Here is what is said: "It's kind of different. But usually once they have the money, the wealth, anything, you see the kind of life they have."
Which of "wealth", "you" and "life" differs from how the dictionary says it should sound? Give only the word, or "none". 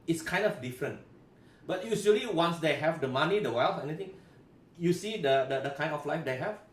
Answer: wealth